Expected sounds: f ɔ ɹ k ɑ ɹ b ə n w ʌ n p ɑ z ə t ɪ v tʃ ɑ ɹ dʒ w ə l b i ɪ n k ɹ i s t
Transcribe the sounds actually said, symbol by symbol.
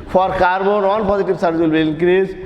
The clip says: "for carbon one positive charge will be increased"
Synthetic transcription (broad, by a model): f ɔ ɹ k ɑ ɹ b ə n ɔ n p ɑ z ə t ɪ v s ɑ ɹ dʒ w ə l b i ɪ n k ɹ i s